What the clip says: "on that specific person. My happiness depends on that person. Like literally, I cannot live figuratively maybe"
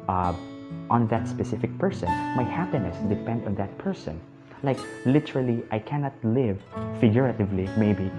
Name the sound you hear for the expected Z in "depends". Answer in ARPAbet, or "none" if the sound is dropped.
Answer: none